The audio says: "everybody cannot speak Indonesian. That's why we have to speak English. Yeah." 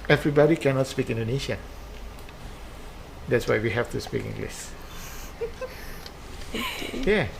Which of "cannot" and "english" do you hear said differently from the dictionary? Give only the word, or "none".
english